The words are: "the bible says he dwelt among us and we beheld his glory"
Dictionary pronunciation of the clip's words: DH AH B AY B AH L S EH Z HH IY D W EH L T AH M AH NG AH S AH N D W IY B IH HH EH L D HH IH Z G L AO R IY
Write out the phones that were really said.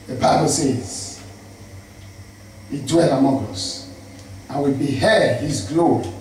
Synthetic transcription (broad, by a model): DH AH B AY B AH L S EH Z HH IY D W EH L AH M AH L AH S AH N W IY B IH HH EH D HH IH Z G L AO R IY